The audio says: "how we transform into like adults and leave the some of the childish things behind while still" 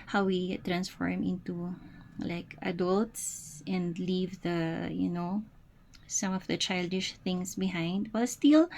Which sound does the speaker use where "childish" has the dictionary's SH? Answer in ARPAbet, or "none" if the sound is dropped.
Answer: SH